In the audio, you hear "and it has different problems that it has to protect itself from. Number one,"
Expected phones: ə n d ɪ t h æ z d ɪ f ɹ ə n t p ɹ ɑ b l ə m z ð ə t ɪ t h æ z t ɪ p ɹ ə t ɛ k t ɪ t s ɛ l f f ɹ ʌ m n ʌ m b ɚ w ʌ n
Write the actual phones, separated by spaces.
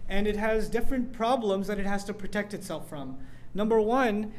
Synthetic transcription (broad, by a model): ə n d ɪ t h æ z d ɪ f ɹ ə n p ɹ ɑ b l ə m z ð ə t ɪ t h æ z t ɪ p ɹ ə t ɛ k t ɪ t s ɛ l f f ɹ ʌ m n ʌ m b ɚ w ʌ n